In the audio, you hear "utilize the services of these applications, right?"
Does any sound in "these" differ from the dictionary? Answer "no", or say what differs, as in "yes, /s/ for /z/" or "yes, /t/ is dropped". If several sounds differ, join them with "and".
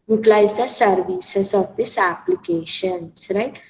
yes, /s/ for /z/